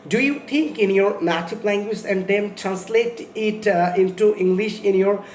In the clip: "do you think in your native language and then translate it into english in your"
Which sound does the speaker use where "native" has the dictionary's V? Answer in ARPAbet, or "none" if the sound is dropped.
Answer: P